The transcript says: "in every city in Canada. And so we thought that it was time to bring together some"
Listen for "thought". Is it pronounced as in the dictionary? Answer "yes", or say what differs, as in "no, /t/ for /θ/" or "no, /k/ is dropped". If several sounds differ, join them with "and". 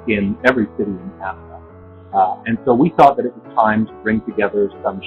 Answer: yes